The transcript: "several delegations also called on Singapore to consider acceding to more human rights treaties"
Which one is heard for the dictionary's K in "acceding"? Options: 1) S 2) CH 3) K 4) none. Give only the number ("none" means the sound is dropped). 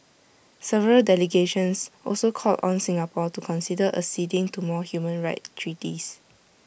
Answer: 4